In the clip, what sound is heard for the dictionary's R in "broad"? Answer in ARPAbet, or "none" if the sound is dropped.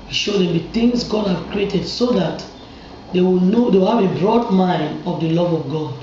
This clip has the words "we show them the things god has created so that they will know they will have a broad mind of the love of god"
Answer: R